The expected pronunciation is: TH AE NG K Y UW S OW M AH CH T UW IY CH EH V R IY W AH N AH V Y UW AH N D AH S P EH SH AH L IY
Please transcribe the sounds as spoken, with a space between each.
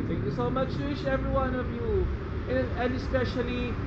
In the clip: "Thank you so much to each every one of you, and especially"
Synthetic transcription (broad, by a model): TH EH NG K Y UW S OW M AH CH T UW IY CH EH V R IY W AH N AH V Y UW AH N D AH S P EH SH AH L IY